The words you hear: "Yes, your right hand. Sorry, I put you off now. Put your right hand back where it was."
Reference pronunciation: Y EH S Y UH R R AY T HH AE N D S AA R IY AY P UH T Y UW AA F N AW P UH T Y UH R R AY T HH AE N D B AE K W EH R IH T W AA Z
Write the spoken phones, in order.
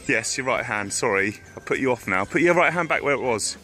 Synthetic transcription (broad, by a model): Y EH S Y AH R R AY T HH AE N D S AA R IY AY P UH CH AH AA F N AW P UH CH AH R R AY T HH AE N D B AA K W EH R IH T W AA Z